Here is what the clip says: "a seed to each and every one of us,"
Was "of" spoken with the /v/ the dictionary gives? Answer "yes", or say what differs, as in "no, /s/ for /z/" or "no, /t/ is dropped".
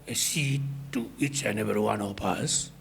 no, /p/ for /v/